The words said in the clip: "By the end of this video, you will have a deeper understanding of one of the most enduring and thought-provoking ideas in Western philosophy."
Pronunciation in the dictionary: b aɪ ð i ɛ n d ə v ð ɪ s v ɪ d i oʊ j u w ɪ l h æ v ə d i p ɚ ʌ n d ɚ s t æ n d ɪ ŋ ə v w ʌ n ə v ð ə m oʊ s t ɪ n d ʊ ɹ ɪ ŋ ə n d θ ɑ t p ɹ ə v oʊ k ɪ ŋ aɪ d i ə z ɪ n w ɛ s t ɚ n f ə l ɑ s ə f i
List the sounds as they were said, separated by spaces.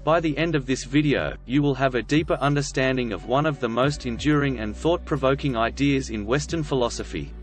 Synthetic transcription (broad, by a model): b aɪ ð i ɛ n d ə v ð ɪ s v ɪ d i oʊ j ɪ w ɪ l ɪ v ə d i p ɚ ʌ n d ɚ s t æ n d ɪ ŋ ə v w ʌ n ə v ð ə m oʊ s t ɪ n d ʊ ɹ ɪ ŋ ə n θ ɑ t p ɹ ə v oʊ k ɪ ŋ aɪ d i ə z ɪ n w ɛ s t ɚ n f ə l ɑ s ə f i